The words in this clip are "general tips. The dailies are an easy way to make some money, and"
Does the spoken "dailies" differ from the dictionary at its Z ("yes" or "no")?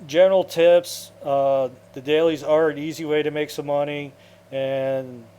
no